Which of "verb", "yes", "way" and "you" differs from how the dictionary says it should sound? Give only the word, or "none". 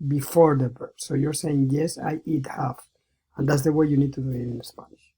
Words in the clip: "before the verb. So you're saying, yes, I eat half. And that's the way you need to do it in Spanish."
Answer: verb